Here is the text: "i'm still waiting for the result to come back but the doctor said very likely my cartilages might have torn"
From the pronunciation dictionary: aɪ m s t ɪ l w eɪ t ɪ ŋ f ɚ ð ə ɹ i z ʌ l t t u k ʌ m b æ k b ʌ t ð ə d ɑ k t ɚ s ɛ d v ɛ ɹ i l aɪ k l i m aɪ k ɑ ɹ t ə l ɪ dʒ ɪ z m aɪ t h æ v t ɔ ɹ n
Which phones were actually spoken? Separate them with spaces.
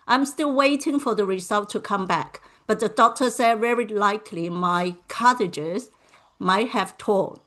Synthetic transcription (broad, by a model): aɪ m s t ɪ l w eɪ t ɪ ŋ f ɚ ð ə ɹ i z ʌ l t t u k ʌ m b æ k b ʌ t ð ə d ɑ k t ɚ s ɛ d v ɛ ɹ i l aɪ k l i m aɪ k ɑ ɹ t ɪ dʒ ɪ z m aɪ t h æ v t ɔ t